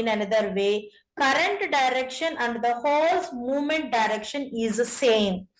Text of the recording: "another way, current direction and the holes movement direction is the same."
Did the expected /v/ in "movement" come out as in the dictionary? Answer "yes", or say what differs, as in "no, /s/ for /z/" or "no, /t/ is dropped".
yes